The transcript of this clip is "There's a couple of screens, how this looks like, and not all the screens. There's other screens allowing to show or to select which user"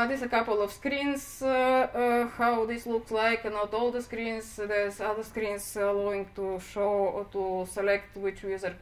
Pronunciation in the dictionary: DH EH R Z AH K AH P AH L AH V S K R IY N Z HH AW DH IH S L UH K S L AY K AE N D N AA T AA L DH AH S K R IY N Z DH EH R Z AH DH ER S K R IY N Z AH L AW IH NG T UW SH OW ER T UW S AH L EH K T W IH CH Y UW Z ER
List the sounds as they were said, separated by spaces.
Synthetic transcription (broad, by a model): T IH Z AH K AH P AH L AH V S K R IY N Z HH AW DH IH S L UH K S L AY K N N AA T AA L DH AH S K R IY N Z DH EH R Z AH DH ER S K R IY N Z AH L AW IH NG T UW SH OW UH T UW S AH L EH K T W IH CH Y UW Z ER